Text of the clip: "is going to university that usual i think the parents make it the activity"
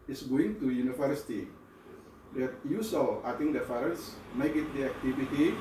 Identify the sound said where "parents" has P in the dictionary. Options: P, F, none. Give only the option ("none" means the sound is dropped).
F